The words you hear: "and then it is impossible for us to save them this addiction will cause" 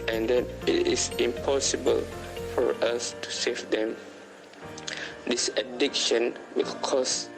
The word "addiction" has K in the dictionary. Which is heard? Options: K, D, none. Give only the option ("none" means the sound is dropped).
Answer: K